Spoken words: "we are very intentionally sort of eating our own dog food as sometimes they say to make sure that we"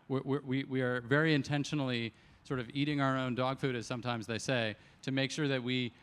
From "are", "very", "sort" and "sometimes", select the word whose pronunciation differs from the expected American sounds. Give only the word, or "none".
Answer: none